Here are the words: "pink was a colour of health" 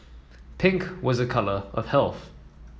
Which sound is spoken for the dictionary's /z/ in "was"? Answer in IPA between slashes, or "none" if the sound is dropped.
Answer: /z/